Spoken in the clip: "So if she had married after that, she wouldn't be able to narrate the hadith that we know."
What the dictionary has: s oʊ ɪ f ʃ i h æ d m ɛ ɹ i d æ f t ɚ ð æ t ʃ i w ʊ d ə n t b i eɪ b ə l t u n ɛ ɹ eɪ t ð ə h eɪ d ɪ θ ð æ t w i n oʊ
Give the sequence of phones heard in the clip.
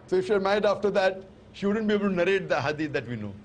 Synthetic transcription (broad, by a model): s oʊ ɪ f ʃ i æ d m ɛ i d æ f t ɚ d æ t ʃ i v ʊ d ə n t b i eɪ b ə l t u n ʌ ɹ eɪ t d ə h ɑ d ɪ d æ t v i n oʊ